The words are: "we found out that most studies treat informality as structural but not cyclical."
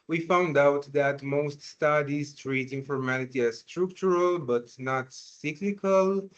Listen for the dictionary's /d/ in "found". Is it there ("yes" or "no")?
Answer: yes